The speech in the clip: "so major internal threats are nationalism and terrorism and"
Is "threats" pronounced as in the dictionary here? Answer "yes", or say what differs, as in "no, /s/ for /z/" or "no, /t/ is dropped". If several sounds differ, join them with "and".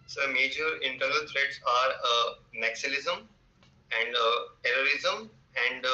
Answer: no, /t/ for /θ/